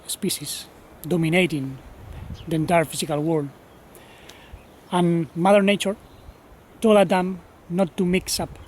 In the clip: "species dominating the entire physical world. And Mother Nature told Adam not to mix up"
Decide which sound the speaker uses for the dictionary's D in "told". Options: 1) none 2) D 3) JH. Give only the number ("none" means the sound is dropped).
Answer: 1